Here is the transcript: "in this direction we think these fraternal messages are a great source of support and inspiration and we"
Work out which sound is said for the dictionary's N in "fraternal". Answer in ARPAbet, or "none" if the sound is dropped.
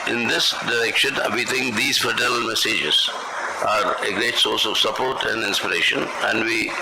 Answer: none